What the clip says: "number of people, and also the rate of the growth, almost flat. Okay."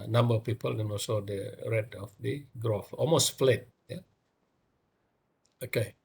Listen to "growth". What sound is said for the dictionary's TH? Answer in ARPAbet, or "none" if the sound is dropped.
F